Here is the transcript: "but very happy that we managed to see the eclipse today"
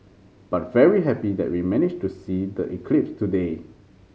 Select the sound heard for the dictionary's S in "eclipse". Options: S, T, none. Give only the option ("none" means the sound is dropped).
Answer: S